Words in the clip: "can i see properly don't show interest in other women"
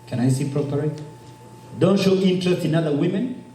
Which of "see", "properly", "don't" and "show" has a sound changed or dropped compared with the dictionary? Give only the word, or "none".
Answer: properly